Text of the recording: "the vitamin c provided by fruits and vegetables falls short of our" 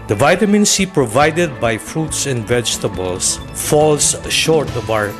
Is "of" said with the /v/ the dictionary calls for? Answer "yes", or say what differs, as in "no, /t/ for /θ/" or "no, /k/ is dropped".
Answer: no, /b/ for /v/